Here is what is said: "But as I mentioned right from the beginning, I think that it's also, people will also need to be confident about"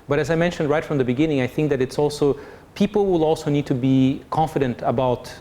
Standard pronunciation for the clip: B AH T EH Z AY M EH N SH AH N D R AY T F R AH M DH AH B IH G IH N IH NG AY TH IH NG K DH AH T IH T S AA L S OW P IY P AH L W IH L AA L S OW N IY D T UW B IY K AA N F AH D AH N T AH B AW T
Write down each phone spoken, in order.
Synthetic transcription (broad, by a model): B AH T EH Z AY M EH N SH AH N D R AY T F R AH M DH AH B IH G IH N IH NG AY TH IH NG K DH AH T IH T S AA L S OW P IY P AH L W IH L AA L S OW N IY D T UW B IY K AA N F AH D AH N T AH B AW T